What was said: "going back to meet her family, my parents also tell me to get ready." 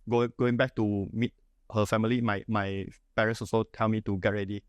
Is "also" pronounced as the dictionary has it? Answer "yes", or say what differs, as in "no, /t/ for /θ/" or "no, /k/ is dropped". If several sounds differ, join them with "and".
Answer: no, /l/ is dropped